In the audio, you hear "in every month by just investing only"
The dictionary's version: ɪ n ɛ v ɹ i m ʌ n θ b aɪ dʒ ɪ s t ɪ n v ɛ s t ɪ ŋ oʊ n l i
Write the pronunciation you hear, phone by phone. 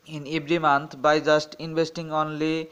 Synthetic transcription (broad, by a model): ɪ n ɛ b ɹ i m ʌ n t b aɪ dʒ ɪ s t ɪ n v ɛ s t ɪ ŋ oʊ n l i